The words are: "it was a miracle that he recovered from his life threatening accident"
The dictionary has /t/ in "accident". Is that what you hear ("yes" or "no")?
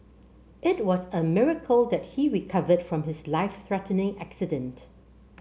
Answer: yes